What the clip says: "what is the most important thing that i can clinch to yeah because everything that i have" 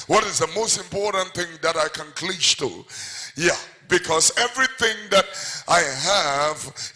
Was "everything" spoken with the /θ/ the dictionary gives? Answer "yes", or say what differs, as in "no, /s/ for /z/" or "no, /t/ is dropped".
yes